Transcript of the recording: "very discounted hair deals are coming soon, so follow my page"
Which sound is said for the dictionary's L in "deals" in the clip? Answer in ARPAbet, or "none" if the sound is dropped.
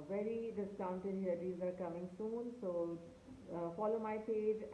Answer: none